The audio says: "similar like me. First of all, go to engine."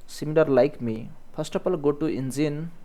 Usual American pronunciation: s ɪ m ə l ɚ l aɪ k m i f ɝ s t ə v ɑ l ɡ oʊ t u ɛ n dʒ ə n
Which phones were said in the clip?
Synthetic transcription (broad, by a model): s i m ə l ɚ l aɪ k m i p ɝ s t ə p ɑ l ɡ oʊ t u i n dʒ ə n